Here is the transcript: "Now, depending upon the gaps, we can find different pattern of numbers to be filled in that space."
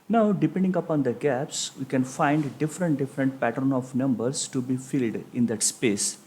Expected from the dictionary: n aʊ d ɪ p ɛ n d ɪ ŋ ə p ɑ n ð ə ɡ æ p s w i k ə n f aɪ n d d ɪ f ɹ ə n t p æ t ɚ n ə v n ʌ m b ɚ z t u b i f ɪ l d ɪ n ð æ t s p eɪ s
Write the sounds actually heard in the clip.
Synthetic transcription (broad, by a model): n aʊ d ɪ p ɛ n d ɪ ŋ ə p ɑ n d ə ɡ æ p s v i k ə n f aɪ n d d ɪ f ɹ ə n t p æ t ɚ n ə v n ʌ m b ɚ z t u b i f ɪ l d ɪ n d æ t s p eɪ s